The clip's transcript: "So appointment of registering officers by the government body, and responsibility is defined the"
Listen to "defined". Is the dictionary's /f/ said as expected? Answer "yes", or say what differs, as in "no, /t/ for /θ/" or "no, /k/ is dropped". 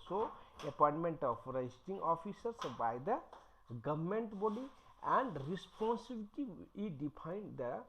no, /p/ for /f/